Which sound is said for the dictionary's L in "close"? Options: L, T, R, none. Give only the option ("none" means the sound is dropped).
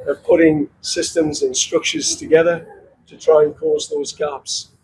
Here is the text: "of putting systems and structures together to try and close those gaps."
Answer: none